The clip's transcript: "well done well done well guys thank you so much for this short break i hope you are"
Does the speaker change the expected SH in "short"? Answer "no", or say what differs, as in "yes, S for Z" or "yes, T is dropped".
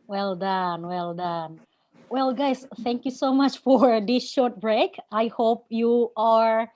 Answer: no